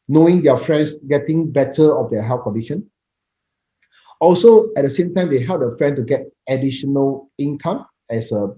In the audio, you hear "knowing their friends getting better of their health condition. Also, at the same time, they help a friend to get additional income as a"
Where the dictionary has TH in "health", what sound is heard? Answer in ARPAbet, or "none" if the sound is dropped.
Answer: F